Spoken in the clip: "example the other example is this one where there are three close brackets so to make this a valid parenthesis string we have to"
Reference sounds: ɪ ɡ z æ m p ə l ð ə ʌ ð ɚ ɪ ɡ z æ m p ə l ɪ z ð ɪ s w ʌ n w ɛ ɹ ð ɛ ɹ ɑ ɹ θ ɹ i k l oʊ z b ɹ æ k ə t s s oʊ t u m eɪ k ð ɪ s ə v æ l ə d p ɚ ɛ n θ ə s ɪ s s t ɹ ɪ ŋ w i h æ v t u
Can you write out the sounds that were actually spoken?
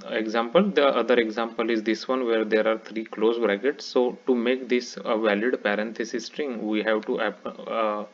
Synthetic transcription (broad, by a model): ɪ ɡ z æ m p ə l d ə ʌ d ɚ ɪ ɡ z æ m p ə l ɪ z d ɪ s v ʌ n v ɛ ɹ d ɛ ɹ ɑ ɹ t ɹ i k l oʊ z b ɹ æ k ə t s s oʊ t u m eɪ k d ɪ s ə v æ l ə d p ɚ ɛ n t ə s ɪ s s t ɹ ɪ ŋ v i h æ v t u